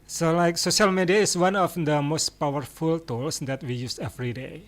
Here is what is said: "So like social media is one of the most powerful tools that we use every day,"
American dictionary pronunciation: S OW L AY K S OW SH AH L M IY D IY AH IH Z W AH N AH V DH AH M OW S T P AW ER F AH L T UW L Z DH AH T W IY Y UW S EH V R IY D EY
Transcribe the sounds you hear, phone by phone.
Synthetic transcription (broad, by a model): S OW L AY K S OW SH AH L M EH D IY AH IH S W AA N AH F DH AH M OW S T P AW ER F AH L T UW L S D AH T W IY Y UW S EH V R IY D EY